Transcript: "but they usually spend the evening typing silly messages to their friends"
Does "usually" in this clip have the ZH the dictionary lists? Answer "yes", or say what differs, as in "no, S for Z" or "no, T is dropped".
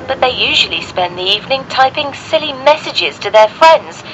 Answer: yes